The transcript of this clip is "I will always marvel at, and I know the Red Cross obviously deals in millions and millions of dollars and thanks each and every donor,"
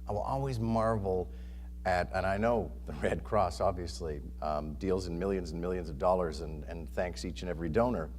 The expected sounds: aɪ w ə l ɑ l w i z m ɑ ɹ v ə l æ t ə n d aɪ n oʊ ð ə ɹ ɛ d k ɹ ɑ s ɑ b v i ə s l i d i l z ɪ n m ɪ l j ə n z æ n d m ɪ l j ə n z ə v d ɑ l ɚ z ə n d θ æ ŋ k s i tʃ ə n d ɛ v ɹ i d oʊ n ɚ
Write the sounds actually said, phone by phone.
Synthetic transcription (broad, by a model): aɪ w ə l ɑ l w i z m ɑ ɹ v l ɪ t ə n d aɪ n oʊ ð ə ɹ ɛ d k ɹ ɑ s ɑ b v i ə s l i d i l z ɪ n m ɪ l j ə n z n m ɪ l j ə n z ə v d ɑ l ɚ z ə n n θ æ ŋ k s i tʃ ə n ɛ v ɹ i d oʊ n ɚ